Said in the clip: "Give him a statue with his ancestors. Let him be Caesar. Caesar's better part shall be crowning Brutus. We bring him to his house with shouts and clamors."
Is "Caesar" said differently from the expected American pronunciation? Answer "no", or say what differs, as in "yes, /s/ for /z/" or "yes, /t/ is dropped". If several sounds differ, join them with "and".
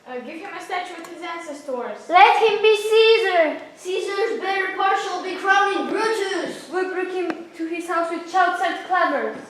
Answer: no